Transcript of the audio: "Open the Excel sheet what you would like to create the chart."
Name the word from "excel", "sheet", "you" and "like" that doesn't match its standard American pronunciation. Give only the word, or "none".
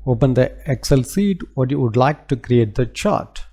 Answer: sheet